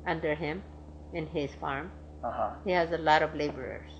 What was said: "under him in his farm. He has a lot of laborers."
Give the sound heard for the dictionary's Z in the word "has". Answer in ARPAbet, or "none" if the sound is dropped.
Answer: Z